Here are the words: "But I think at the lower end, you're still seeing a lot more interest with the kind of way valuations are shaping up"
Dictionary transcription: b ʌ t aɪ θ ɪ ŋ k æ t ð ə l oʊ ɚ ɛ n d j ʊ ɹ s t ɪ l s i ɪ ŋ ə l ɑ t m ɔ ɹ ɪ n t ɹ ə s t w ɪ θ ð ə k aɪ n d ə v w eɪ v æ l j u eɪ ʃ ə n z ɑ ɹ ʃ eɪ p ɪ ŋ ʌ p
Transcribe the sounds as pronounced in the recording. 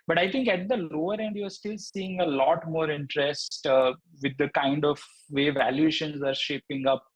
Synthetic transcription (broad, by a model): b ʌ t aɪ t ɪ ŋ k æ t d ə l oʊ ɚ ɛ n d j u ɹ s t ɪ l s i ɪ ŋ ə l ɑ t m ɔ ɹ ɪ n t ɹ ə s t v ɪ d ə k aɪ n d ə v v eɪ v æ l j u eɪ ʃ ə n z ɑ ɹ ʃ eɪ p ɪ ŋ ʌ p